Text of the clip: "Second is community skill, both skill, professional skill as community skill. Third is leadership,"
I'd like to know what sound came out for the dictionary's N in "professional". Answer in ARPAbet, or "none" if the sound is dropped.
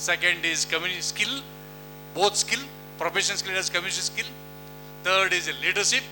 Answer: none